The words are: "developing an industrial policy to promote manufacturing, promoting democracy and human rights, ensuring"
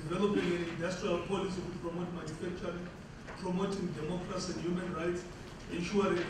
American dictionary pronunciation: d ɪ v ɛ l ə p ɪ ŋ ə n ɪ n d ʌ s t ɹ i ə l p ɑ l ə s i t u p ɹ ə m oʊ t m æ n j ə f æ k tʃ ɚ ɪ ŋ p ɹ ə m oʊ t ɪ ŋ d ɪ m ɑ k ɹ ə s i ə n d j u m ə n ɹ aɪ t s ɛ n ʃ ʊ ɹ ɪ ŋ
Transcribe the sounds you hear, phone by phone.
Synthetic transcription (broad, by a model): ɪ v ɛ l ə p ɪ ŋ ə n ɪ n d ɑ s t ɹ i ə l p ɑ l ə s i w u p ɹ ə m oʊ t m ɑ n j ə f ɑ k tʃ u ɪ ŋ p ɹ ə m oʊ t ɪ ŋ d ɪ m ɑ k ɹ ə s i ə n d j u m ə n ɹ aɪ t s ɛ n ʃ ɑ ɹ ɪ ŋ